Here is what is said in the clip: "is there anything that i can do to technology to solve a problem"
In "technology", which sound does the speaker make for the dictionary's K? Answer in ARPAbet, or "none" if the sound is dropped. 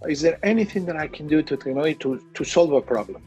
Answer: none